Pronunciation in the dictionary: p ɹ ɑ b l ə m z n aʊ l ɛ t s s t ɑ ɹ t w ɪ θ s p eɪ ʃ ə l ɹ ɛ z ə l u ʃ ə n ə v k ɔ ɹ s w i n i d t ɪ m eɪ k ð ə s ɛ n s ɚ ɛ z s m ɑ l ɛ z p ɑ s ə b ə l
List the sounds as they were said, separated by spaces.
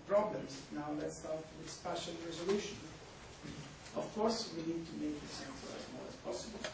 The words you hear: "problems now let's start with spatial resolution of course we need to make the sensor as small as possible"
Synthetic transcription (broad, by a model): p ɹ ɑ b l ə m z n aʊ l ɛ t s s t ɑ ɹ t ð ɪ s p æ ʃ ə n ɹ ɛ z ə l u ʃ ə n ə v k ɔ ɹ s w i n i d t ɪ m eɪ k ð ə s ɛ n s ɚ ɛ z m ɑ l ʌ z p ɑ s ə b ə l